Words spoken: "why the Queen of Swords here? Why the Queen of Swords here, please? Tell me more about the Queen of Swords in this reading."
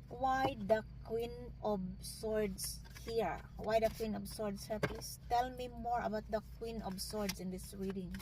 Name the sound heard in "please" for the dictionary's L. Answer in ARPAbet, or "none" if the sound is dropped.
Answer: none